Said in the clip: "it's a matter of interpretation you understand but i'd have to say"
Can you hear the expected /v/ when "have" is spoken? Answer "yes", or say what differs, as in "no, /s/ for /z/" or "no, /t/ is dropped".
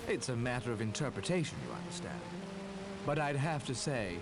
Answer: no, /f/ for /v/